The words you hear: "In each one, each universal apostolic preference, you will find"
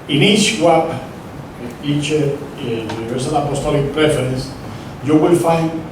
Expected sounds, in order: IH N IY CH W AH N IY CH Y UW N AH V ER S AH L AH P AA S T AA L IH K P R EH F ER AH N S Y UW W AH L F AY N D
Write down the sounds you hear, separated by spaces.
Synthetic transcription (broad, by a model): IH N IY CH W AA IY CH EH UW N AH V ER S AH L AH P AA S T AA L IH K P R EH F ER AH N S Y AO W AH L F AY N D